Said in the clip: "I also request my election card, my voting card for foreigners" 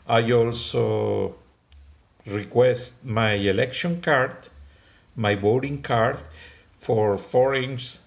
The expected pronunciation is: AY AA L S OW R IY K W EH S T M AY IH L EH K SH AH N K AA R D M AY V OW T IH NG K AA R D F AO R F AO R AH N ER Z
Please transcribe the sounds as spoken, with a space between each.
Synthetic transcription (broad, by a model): AY AA L S OW R IY K W EH S T M AY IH L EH K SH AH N K AA R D M AY B OW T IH NG K AA R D F AO R F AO R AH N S